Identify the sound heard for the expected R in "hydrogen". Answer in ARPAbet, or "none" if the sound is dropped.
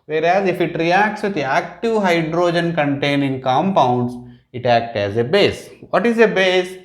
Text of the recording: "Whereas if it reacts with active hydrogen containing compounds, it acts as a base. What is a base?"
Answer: R